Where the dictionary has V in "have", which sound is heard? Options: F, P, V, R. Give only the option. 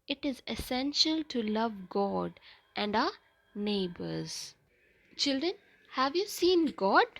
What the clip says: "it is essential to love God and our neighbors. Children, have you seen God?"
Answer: V